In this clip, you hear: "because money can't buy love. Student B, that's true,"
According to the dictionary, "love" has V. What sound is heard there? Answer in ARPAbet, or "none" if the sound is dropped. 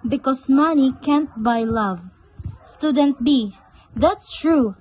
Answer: V